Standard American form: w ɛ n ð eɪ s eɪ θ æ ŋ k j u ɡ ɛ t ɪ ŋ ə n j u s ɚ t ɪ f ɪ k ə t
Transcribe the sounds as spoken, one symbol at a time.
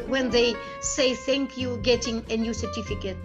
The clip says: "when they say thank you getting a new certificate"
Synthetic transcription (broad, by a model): w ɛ n ð eɪ s eɪ θ æ ŋ k j u ɡ ɛ t ɪ ŋ ə n j u s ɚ t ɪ f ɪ k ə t